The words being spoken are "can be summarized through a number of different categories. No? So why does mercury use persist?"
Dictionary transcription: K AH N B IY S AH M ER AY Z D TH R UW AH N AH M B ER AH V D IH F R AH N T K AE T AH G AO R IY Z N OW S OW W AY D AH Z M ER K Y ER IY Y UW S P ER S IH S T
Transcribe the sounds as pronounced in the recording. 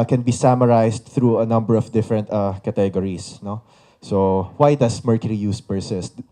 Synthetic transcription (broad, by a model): K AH N B IY S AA M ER AY S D TH R UW AH N AH M B ER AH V D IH F R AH N T K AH T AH G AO R IY S N OW S OW W AY D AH S M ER K Y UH IY Y UW S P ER S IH S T